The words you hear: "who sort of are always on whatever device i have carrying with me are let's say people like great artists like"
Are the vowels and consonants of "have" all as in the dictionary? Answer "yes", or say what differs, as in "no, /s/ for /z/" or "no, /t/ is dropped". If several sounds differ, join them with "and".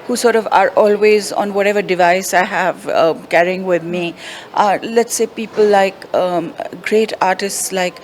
yes